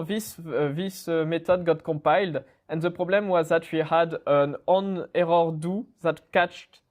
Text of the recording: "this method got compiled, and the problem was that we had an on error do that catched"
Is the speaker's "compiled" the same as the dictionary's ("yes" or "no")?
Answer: no